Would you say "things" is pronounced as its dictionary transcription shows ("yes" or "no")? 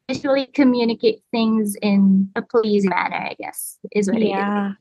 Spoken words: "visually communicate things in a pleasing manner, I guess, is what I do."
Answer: yes